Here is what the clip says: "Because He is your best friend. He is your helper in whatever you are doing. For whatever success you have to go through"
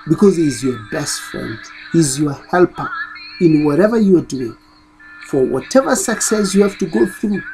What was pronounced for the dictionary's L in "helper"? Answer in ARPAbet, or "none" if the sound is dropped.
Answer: L